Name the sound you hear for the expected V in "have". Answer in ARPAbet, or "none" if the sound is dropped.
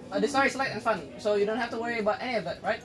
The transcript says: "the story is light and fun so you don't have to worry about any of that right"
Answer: F